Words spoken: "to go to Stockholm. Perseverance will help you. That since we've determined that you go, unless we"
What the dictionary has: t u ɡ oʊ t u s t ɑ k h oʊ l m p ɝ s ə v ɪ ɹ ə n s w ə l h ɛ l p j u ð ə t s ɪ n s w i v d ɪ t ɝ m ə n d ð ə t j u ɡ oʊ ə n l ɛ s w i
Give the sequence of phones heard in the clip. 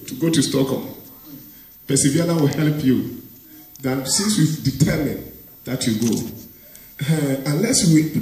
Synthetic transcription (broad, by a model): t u ɡ oʊ t u s t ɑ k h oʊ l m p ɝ s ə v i ə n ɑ w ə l h ɛ l p j u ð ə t s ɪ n s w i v d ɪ t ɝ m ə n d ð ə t j u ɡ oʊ ə n l ɛ s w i